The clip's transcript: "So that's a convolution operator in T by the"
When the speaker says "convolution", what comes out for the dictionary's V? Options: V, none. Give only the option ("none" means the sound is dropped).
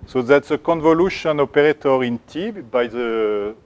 V